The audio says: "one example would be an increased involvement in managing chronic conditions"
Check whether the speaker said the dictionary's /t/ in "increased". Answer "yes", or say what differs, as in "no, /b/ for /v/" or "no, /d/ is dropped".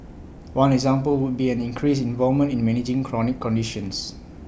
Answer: no, /t/ is dropped